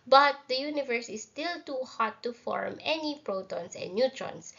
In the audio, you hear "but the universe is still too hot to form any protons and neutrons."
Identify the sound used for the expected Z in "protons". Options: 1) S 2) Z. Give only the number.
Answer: 1